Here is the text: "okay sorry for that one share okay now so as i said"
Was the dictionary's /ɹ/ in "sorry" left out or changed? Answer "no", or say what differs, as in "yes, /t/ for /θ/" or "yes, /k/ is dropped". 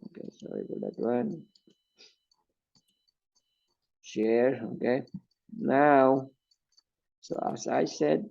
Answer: yes, /ɹ/ is dropped